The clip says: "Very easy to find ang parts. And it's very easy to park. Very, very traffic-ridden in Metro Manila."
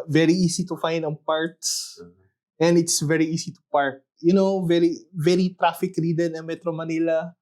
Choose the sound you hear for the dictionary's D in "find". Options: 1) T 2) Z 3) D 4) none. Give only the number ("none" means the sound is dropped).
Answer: 3